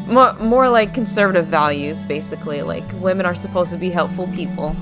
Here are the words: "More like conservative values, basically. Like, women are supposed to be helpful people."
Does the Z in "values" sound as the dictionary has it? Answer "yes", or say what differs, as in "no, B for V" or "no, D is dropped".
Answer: yes